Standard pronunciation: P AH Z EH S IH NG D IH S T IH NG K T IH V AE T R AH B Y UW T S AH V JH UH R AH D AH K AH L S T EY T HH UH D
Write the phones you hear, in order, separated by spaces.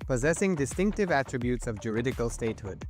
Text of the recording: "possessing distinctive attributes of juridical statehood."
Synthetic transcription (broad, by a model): P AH Z EH S IH NG D IH S T IH NG K T IH V AE T R AH B Y UW T S AH V JH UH R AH D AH K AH L S T EY T HH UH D